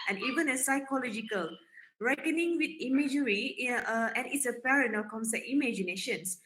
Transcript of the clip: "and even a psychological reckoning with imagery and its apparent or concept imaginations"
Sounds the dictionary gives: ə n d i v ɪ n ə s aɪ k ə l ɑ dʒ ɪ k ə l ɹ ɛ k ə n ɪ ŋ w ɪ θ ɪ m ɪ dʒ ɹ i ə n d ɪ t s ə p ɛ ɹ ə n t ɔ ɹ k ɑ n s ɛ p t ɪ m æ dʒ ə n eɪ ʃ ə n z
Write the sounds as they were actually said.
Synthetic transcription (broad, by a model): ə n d i v ɪ n ə s aɪ k ə l ɑ dʒ ɪ k ə l ɹ ɛ k ə n ɪ ŋ w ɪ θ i m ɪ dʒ ɹ i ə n ɪ t s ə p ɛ ɹ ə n ɔ l k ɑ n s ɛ t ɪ m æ dʒ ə n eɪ ʃ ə n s